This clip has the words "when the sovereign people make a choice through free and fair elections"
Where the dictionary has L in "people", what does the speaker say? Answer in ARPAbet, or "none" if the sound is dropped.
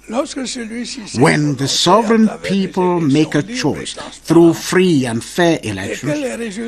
L